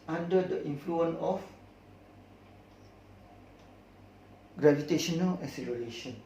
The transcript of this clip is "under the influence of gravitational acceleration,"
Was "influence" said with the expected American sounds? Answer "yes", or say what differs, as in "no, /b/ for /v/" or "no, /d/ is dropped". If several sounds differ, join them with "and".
no, /s/ is dropped